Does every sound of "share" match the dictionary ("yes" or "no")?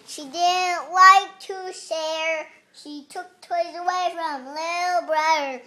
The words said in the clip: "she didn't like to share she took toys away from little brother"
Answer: no